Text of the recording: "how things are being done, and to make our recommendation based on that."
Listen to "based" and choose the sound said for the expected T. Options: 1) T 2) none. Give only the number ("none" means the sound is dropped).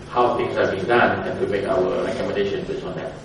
2